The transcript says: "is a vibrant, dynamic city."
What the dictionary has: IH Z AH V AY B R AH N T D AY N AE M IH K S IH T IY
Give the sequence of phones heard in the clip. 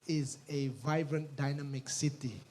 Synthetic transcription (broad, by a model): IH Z AH V AY B R AH N T D AY N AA M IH K S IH T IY